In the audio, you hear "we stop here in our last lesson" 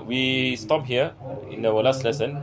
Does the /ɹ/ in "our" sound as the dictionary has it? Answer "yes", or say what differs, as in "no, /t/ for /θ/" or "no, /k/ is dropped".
no, /w/ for /ɹ/